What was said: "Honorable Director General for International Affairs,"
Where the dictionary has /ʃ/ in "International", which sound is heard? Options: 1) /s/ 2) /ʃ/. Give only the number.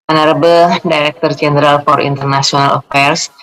1